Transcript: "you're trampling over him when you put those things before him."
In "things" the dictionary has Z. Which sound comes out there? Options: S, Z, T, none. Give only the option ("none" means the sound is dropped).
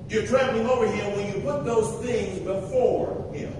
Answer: Z